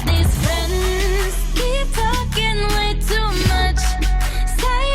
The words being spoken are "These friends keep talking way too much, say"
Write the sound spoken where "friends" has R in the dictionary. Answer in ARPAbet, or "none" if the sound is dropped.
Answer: R